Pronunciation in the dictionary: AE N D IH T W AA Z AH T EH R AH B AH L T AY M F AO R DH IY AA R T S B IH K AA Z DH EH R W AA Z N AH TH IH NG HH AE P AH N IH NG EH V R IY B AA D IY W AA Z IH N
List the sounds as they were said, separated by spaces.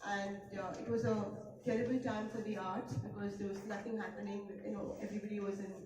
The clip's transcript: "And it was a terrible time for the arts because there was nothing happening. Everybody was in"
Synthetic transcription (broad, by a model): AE N D IH T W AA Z AH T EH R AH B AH L T AY M F AO R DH IY AA R T B IH K AA Z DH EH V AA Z N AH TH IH NG HH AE P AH N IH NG EH V R IY B AA D IY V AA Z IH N